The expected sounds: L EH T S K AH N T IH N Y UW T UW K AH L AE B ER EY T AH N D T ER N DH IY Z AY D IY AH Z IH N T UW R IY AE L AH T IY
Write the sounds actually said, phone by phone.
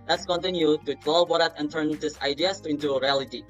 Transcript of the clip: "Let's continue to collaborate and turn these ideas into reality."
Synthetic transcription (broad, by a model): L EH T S K AH N T IH N Y UW T UW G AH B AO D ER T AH N T ER N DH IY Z AY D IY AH S IH N T UW R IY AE L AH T IY